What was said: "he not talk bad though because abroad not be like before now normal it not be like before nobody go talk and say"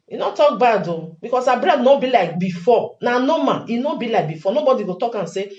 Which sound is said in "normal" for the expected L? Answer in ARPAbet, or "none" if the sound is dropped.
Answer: N